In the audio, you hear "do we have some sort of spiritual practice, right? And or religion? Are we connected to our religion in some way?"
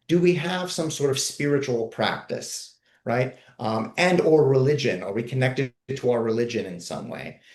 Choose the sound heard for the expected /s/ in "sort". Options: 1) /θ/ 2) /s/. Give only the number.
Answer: 2